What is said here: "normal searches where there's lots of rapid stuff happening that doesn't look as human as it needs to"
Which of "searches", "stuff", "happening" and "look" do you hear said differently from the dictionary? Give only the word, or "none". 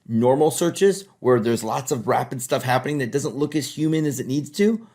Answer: none